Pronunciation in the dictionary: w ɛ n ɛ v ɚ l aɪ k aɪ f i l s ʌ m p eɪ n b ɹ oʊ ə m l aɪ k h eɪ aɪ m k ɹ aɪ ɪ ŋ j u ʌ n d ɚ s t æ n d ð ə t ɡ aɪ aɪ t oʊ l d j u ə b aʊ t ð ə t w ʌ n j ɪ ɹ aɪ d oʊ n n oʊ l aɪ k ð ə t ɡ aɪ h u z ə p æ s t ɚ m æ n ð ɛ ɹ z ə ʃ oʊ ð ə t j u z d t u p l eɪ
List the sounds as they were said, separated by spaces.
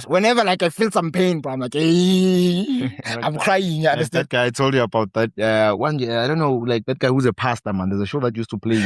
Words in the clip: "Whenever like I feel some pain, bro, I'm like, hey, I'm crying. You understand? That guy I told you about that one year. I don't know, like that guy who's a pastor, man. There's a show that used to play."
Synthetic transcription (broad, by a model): w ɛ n ɛ v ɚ l aɪ k aɪ f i l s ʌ m p eɪ n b oʊ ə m l aɪ k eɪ aɪ m k ɹ aɪ ɪ ŋ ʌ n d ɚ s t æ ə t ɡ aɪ aɪ t oʊ l d j u ə b aʊ t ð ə t w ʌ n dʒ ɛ aɪ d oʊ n n oʊ l aɪ k ð ə t ɡ aɪ h u z ə p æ s t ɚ m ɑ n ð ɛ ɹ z ə ʃ oʊ ð ə t j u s t u p l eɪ